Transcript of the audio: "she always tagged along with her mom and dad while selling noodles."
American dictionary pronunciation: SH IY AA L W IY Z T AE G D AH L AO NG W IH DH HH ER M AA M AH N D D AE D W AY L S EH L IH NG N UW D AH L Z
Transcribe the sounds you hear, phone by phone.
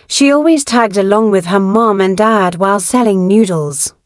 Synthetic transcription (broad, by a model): SH IY AA L W IY Z T AE G D AH L AO NG W IH DH ER M AA M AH N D D AE D W AY L S EH L IH NG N UW D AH L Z